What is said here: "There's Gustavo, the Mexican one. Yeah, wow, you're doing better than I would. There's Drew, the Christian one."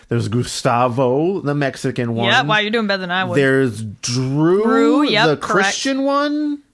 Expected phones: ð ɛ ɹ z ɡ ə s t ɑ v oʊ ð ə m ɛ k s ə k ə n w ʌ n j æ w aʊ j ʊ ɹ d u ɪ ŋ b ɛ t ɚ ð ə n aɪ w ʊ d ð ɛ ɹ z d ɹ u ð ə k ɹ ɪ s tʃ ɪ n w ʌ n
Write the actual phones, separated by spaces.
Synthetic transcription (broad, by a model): ð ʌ ɹ z ɡ ə s t ɑ v oʊ ð ə m ɛ k s ə k ə n w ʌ n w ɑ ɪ j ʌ ɹ d u ɪ ŋ b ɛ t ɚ ð ə n aɪ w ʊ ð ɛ ɹ z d ɹ u ð ə k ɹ ɪ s tʃ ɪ n w ʌ n